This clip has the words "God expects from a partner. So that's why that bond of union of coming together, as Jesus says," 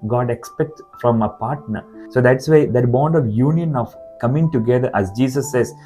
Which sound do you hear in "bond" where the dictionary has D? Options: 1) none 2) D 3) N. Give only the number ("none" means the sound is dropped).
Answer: 2